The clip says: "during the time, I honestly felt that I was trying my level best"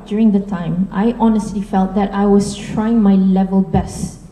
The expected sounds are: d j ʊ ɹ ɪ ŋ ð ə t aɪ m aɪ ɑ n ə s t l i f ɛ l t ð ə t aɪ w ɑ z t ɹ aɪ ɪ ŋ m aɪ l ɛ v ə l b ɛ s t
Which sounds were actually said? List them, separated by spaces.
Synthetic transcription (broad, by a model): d j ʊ ɹ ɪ ŋ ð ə t aɪ m aɪ ɑ n ə s t l i f ɛ l t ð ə t aɪ w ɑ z t ɹ aɪ ɪ ŋ m aɪ l ɛ v ə l b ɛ s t